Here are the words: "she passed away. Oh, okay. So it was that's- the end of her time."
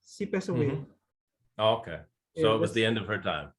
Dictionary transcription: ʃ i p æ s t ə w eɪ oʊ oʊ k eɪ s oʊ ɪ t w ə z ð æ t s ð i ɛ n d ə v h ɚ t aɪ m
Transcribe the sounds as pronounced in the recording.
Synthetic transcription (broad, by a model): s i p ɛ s ə w eɪ oʊ oʊ k eɪ s oʊ ɪ t w ə z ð ð i ɛ n d ə v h ɚ t aɪ m